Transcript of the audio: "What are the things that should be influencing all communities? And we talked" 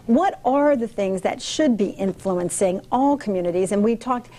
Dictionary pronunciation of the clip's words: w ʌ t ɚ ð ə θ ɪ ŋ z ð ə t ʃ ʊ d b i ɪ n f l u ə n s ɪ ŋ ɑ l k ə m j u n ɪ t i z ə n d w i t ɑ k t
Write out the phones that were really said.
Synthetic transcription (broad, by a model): w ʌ t ɚ ð ə θ ɪ ŋ z ð ə t ʃ ʊ d b i ɪ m f l u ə n s ɪ ŋ ɑ l k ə m j u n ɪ t i z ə n w i t ɑ k t